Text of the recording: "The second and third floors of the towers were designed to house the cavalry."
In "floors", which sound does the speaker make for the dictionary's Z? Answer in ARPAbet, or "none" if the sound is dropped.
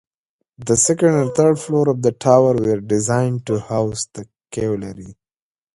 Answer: none